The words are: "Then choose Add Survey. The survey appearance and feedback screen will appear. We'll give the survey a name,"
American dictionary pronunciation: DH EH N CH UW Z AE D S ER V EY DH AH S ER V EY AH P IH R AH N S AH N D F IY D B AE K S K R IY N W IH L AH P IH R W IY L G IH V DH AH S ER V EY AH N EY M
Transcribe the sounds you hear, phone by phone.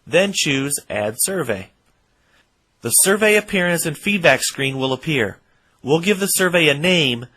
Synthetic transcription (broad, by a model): DH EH N CH UW Z AE D S ER V EY DH AH S ER V EY AH P IH R AH N S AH N F IY D B AE K S K R IY N W IH L AH P IH R W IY L G IH V DH AH S ER V EY AH N EY M